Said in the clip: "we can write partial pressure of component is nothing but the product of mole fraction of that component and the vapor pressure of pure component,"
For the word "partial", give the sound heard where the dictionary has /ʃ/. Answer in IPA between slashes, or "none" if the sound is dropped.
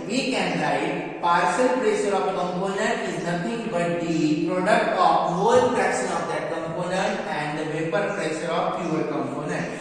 /s/